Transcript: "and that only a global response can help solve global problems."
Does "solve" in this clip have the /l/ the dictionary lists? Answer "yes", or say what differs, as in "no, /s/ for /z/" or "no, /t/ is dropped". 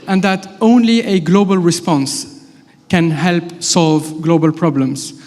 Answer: yes